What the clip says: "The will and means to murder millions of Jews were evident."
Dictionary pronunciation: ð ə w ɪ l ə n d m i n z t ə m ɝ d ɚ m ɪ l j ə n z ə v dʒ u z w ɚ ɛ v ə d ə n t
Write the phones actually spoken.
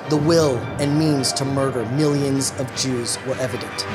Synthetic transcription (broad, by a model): ð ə w ɪ l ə n m i n z t ə m ɝ d ɚ m ɪ l j ə n z ə v dʒ u z w ɚ ɛ v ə d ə n t